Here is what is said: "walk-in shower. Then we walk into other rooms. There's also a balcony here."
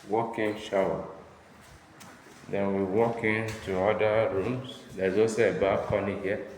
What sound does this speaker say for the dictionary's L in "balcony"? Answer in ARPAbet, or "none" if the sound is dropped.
none